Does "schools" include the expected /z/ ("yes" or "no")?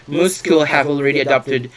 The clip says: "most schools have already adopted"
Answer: no